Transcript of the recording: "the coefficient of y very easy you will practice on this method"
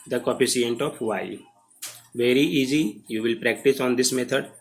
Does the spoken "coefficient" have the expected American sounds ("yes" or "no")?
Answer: no